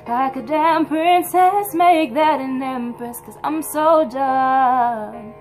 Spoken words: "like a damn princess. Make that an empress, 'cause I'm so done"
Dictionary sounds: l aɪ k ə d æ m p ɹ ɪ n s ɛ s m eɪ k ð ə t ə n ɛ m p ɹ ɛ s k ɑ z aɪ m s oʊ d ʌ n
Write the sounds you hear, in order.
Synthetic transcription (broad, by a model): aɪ k ə d æ m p ɹ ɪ n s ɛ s m eɪ k ð ə t ə n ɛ m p ɛ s k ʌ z aɪ m s oʊ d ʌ